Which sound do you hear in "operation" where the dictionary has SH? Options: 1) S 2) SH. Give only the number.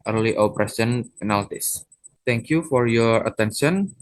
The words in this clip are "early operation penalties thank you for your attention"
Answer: 1